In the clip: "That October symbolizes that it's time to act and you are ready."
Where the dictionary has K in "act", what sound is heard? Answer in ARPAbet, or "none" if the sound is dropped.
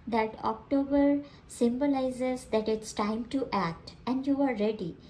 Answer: K